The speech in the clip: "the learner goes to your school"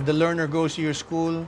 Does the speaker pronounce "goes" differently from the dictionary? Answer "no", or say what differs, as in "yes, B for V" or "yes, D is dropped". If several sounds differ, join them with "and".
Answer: yes, S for Z